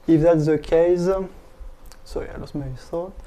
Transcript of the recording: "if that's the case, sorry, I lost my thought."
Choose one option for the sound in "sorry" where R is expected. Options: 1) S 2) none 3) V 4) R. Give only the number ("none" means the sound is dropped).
2